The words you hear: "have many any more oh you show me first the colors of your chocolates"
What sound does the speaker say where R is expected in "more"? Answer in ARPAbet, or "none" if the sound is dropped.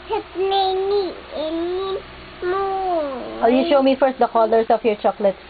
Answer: W